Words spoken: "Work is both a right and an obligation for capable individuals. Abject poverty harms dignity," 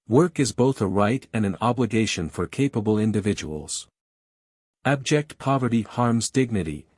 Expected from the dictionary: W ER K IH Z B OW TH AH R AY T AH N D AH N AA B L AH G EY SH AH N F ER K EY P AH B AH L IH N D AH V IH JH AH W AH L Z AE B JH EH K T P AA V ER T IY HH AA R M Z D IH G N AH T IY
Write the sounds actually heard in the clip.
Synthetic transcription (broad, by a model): W ER K IH Z B OW TH AH R AY T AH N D AH N AA B L AH G EY SH AH N F ER K EY P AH B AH L IH N D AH V IH JH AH W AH L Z AE B JH EH K T P AA V ER T IY HH AA R M Z D IH G N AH T IY